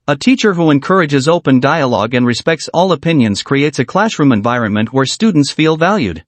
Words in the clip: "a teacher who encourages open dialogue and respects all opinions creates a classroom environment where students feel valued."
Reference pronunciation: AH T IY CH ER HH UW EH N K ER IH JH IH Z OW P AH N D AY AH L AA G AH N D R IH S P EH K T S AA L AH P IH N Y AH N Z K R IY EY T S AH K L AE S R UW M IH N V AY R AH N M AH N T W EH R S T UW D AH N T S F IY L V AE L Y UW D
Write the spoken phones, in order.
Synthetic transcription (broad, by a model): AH T IY CH ER HH UW EH N K ER IH JH IH Z OW P AH N D AY AH L AA G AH N R IH S P EH K T S AA L AH P IH N Y AH N Z K R IY EY T S AH K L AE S R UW M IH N V AY R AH N M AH N T W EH R S T UW D N T S F IY L V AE L Y UW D